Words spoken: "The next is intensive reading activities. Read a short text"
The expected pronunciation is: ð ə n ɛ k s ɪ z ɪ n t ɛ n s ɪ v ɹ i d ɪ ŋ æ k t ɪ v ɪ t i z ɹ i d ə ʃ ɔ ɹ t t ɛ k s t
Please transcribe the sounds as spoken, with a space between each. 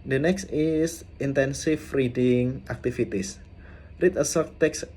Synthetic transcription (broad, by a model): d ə n ɛ k s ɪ s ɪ n t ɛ n s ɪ f ɹ i d ɪ ŋ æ k t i f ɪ t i s ɹ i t ə s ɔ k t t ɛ k s